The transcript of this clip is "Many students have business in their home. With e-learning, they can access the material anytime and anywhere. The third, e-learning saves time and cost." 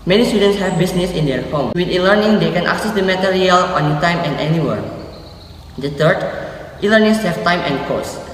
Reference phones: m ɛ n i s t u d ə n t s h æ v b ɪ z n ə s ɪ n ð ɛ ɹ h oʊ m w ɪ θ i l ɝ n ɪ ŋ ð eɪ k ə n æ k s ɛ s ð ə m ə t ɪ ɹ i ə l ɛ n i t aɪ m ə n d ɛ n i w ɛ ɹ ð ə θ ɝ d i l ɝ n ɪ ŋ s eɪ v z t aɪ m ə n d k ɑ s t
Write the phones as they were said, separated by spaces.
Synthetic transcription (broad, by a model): m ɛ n i s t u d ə n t s h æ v b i s n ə s ɪ n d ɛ ɹ h oʊ m w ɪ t i l ɝ n ɪ ŋ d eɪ k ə n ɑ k s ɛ s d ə m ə t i ɹ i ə l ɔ n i t aɪ m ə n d ɛ n i w ɛ ɹ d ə t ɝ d i l ɝ n ɪ ŋ s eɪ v t aɪ m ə n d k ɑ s